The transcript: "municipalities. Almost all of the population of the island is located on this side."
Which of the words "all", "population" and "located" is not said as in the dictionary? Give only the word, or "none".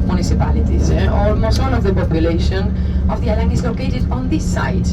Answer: all